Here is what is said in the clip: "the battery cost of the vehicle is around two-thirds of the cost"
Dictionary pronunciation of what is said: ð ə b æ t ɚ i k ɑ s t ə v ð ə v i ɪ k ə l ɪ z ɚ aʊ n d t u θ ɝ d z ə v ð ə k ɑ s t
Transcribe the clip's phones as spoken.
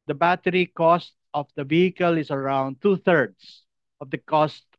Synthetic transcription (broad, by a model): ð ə b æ t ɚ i k ɑ s t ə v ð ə v i ɪ k ə l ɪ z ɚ aʊ n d t u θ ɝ d s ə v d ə k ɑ s t